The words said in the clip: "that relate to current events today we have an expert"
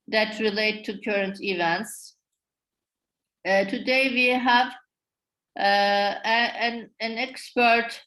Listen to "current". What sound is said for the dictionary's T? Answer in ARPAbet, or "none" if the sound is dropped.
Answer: T